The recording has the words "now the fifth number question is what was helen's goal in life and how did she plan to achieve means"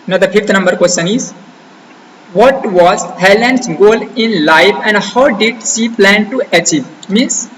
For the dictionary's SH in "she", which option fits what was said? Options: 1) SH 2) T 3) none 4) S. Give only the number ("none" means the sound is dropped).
4